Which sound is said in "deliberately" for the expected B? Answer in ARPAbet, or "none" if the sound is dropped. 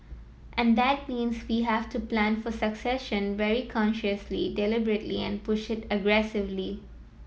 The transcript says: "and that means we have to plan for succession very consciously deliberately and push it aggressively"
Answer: B